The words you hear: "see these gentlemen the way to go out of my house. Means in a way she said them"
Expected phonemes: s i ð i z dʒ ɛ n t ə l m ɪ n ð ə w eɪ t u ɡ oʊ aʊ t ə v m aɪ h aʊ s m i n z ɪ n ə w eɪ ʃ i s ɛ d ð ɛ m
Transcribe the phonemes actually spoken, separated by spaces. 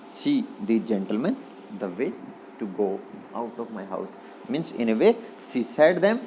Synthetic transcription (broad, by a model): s i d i dʒ ɛ n t ə l m ɪ n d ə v eɪ t u ɡ oʊ aʊ t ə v m aɪ h aʊ s m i n s ɪ n ə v eɪ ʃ i s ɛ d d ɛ m